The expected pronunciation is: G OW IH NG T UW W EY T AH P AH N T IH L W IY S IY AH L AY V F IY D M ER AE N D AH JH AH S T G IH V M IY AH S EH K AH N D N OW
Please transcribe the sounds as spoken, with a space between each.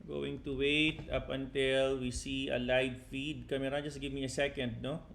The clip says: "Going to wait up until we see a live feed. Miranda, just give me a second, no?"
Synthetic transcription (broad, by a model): G OW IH NG T UW W EY T AH P AH N T IH L W IY S IY AH L AY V F IY D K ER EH D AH JH AH S T G IH V M IY AH S EH K AH N D N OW